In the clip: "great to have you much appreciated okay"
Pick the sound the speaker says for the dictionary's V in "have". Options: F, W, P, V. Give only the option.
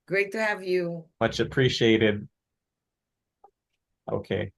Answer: V